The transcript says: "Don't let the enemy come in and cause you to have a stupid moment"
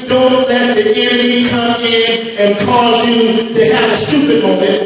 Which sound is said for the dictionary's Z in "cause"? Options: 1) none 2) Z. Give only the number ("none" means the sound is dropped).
2